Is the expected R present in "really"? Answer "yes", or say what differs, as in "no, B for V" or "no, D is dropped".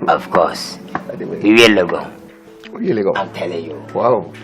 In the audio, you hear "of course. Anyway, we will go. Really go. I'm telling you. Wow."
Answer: no, W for R